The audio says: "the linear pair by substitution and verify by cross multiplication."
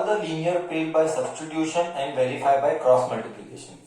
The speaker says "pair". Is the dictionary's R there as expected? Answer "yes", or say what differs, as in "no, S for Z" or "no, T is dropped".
no, L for R